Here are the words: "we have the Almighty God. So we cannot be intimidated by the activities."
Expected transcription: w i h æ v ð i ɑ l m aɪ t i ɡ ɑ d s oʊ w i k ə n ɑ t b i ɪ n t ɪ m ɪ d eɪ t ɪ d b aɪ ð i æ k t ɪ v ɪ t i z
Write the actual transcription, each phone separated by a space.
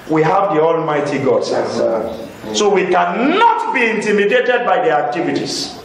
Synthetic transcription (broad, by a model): w i h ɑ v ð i ɑ l m aɪ t i ɡ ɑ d s oʊ w i k ə n ɑ t b i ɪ n t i m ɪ d eɪ t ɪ d b aɪ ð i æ k t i v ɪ t i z